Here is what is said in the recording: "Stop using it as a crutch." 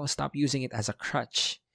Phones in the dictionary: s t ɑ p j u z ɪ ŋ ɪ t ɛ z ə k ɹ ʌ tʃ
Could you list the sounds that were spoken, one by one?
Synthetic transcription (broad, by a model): s t ɑ p j u z ɪ ŋ ɪ t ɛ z ə k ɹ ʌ tʃ